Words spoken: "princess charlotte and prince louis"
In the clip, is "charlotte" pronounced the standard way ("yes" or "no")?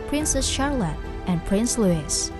yes